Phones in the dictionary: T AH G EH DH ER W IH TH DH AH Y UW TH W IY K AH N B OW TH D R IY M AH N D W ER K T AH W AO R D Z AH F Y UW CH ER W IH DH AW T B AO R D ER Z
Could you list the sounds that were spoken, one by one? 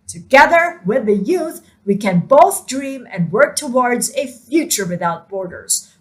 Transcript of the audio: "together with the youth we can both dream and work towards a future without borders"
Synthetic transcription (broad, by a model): T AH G EH DH ER W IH DH AH Y UW TH W IY K AH N B OW TH D R IY M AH N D W ER K T AH W AO R D Z AH F Y UW CH ER W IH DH AW T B AO R D ER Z